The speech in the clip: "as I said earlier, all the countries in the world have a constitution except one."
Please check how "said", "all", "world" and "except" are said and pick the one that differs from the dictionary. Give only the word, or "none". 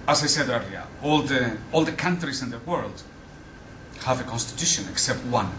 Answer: none